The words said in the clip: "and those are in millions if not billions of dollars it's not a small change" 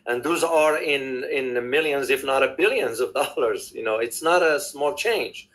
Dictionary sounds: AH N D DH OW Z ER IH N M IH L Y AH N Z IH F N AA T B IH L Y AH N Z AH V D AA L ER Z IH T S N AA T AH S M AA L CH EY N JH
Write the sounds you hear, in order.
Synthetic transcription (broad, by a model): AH N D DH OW Z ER IH N M IH L Y AH N Z IH F N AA T B IH L Y AH N Z AH V D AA L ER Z IH T S N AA T AH S M AA L CH EY N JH